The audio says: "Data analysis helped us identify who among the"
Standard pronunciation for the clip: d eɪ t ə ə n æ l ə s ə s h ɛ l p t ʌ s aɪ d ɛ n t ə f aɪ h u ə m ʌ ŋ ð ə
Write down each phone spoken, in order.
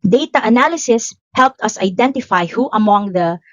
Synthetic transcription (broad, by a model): d eɪ t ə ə n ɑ l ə s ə s h ɛ l p t ʌ s aɪ d ɛ n t ə f aɪ h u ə m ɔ ŋ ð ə